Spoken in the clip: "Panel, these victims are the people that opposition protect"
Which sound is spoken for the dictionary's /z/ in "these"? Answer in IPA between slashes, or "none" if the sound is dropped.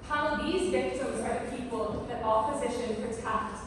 /z/